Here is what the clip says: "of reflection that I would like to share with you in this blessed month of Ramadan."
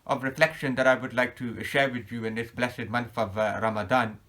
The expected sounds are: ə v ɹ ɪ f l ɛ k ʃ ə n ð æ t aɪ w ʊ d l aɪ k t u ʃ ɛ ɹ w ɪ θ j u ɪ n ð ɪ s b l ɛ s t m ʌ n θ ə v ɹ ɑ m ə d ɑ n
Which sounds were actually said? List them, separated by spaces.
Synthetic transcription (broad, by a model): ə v ɹ ɪ f l ɛ k ʃ ə n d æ t aɪ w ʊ d l aɪ k t u ʃ ɛ ɹ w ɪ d j u ɪ n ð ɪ s b l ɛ s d m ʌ n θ ə v ɹ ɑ m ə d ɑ n